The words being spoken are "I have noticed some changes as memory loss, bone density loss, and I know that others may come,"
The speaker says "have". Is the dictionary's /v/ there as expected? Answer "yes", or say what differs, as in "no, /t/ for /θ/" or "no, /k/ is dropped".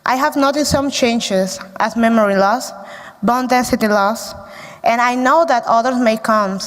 yes